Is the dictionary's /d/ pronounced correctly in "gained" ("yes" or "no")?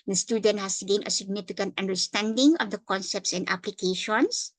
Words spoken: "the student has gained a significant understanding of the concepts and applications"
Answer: no